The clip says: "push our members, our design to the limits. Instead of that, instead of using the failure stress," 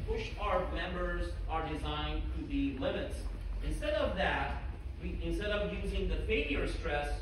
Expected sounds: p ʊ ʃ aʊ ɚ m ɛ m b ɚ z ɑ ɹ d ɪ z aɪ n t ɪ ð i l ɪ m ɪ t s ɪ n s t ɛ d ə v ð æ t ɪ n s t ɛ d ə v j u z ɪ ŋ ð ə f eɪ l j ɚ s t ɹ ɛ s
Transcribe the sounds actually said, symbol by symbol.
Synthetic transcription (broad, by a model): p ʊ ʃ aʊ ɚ m ɛ m b ɚ z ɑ ɹ d ɪ z aɪ n t ɪ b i l ɪ m ɪ t s ɪ n s t ɛ d ə v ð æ t ɪ n s t ɛ d ə v j u z ɪ ŋ ð ə f eɪ l j ɚ s t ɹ ɛ s